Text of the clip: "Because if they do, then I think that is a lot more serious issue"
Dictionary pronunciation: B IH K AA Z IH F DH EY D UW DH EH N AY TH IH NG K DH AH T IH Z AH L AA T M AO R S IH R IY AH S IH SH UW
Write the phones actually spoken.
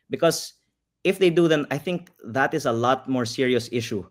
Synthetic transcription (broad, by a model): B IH K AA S IH F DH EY D UW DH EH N AY TH IH NG K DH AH T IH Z AH L AA T M AO R S IH R IY AH S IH SH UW